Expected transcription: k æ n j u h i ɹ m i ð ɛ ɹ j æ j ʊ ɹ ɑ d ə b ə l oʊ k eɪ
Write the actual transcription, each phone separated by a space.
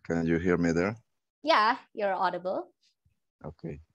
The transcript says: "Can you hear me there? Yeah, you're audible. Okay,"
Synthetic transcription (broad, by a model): k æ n j u h i ɹ m i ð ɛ ɹ j æ j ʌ ɹ ɑ d ə b ə l oʊ k eɪ